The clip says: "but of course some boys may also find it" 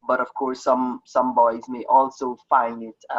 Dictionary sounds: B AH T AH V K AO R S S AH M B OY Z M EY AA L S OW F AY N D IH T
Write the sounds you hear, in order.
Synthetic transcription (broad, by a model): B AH T AH V K AO R S S AH M B OY Z M EY AA L S OW F AY N D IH T